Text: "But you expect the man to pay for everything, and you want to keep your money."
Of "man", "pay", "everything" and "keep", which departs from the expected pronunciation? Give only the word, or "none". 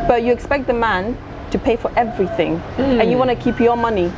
none